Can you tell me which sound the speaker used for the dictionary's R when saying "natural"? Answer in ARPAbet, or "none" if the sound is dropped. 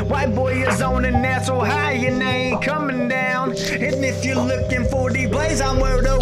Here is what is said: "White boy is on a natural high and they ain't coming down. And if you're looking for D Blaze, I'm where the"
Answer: none